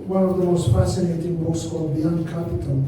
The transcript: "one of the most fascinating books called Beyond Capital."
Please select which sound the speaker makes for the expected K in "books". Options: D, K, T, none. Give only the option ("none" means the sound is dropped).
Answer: none